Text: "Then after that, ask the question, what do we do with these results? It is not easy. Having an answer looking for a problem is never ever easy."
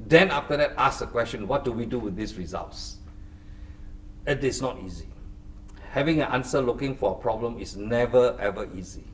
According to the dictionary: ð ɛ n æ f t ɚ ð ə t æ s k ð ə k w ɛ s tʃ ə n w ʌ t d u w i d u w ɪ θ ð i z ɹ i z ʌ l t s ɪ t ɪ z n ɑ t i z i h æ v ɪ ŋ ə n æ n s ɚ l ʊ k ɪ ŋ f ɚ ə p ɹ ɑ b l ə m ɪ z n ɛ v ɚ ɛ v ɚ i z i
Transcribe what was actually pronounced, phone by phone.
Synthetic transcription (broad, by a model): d ɛ n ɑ f t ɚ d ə t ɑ s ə k w ɛ s tʃ ə n w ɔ t d u w i d u w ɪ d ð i s ɹ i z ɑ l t s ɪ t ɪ s n ɑ t i z i h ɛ v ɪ ŋ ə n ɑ n s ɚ l ʊ k ɪ ŋ f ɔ ə p ɹ ɑ b l ə m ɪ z n ɛ v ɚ ɛ v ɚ i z i